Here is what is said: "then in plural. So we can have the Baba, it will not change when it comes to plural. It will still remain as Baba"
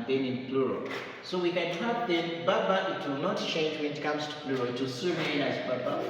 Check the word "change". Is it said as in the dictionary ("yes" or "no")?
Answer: yes